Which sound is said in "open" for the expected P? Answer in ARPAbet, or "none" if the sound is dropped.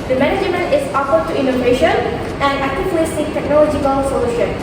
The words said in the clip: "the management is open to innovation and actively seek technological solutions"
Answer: F